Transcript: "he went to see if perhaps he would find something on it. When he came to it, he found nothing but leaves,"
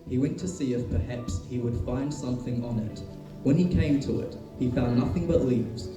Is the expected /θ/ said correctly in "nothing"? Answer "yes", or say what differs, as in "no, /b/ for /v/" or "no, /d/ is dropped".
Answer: yes